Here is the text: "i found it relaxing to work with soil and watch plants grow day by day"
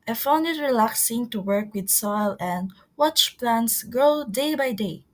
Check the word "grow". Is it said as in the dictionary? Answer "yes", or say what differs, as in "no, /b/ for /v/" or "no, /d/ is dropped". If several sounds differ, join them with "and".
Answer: no, /ɹ/ is dropped